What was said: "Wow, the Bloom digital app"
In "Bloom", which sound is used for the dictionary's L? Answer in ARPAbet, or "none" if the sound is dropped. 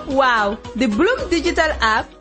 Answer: L